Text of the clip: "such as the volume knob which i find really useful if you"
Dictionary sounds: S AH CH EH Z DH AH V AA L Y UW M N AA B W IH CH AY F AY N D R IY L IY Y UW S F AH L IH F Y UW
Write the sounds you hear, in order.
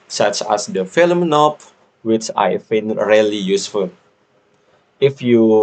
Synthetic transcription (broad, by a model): S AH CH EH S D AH F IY L M N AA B W IH CH AY F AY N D R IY L IY Y UW S F AH L IH F Y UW